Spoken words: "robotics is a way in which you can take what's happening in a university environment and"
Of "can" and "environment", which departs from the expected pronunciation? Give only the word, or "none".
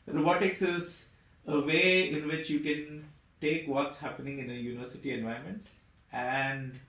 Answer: environment